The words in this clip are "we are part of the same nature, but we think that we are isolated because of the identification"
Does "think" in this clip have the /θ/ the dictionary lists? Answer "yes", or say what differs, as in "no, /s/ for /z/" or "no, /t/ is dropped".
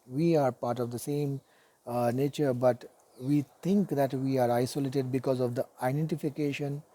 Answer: no, /t/ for /θ/